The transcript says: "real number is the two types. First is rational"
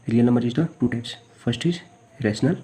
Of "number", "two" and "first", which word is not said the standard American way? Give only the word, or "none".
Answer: first